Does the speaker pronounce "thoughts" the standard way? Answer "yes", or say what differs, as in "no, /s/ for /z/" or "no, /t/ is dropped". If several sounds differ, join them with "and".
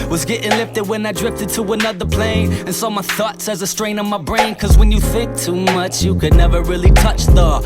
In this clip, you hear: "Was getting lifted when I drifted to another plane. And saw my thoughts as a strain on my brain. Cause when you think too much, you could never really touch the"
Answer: yes